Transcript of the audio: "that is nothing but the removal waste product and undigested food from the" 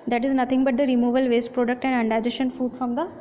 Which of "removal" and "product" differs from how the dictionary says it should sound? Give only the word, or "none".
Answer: none